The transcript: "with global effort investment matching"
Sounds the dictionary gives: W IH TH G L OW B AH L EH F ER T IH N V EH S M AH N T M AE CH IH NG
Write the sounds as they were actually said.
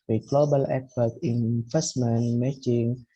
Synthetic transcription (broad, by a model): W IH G L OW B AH L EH P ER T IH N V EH S M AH N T M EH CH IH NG